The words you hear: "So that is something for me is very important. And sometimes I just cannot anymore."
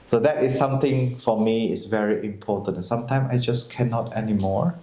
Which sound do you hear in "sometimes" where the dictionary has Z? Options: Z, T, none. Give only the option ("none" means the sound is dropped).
none